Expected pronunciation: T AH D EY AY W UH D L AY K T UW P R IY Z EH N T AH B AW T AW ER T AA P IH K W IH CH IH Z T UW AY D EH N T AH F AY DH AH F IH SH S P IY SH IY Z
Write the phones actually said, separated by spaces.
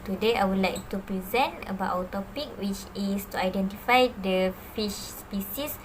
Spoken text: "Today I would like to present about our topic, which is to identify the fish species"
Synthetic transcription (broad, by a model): T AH D EY AY W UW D L AY K T UW P R IY Z EH N T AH B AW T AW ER T AA P IH K W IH CH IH S T UW AY D EH N T AH F AY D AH F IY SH S P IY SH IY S